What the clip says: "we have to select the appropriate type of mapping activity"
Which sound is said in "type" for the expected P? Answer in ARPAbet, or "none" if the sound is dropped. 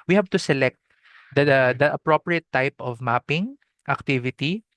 P